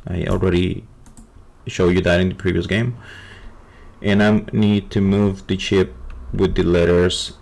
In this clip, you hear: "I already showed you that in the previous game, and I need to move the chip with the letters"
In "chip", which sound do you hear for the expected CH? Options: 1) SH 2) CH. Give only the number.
2